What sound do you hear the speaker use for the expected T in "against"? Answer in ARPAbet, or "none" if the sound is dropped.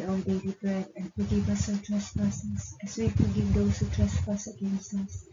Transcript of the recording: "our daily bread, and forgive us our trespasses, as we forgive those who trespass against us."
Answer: T